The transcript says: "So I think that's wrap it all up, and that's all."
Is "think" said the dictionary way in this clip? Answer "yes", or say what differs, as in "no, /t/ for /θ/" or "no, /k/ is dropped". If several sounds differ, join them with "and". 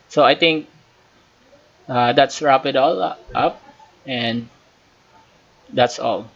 no, /t/ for /θ/